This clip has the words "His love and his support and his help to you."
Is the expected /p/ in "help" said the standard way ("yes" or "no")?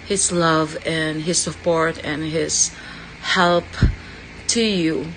yes